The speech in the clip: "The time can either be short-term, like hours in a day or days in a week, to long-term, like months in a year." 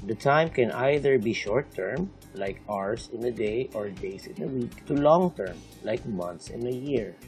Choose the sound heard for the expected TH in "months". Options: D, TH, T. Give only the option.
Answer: T